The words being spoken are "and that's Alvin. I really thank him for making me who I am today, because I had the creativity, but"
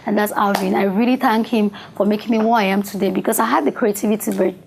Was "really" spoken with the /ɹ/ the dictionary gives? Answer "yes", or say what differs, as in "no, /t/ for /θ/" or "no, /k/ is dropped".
yes